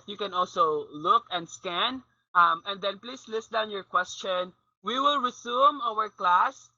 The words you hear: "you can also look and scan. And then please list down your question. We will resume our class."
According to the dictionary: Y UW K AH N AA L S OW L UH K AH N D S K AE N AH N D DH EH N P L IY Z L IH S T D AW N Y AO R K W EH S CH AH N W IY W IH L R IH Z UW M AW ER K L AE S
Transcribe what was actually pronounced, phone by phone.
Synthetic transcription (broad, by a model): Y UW K AH N AA L S OW L UH K AH N D S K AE N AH N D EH N P L IY S L IH S T D AW N Y AO R K W EH S CH AH N W IY W IH L R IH S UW M AW ER K L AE S